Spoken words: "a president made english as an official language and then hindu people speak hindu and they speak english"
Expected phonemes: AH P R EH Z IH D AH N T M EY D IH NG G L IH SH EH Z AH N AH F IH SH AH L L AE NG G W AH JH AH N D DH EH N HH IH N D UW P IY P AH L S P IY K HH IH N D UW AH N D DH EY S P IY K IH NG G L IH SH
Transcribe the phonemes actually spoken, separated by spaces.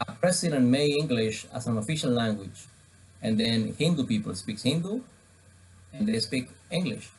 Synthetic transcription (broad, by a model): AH P R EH S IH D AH N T M EY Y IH NG G L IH SH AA S AH N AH F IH SH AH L L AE NG G W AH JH AH N D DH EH N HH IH N D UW P IY P AH L S P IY K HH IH N D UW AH N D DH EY S P IY K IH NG G L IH SH